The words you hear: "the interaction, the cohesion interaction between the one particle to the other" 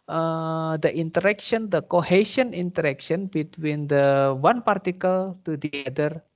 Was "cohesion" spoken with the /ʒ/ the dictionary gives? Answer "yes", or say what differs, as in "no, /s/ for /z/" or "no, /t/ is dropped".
no, /ʃ/ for /ʒ/